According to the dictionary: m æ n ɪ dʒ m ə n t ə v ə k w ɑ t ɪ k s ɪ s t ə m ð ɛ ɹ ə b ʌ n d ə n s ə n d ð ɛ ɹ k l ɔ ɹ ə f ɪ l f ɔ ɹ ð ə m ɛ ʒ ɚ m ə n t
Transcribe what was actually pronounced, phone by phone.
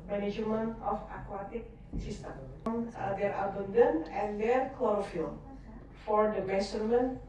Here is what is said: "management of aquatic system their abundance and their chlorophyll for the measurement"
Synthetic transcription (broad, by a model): m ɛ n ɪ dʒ m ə n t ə f ə k w ɑ t ɪ k s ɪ s t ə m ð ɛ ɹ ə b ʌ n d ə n ə n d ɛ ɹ k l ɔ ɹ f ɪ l f ɔ ɹ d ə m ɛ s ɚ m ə n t